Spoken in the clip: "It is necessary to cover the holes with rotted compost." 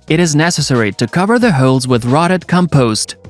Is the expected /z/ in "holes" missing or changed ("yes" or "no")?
no